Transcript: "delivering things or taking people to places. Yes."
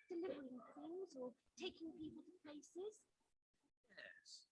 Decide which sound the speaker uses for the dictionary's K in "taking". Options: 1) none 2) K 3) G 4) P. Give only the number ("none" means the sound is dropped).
2